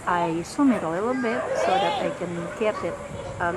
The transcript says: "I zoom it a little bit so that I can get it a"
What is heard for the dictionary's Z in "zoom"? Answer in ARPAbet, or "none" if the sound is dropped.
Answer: S